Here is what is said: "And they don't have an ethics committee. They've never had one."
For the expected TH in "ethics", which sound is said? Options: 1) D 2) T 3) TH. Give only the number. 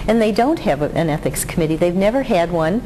3